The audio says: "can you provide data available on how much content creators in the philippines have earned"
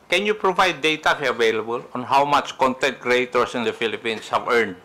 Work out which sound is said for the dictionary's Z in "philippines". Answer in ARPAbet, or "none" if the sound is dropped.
S